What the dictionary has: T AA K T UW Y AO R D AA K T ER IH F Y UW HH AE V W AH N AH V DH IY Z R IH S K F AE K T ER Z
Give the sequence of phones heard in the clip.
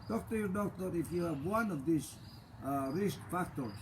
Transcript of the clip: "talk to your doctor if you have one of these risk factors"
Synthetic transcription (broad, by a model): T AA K T UW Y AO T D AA T IH F Y UW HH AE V W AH N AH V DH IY S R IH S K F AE K T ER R